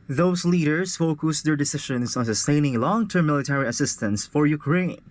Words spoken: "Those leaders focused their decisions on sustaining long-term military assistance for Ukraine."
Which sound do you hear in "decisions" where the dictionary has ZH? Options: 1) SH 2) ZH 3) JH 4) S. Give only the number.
1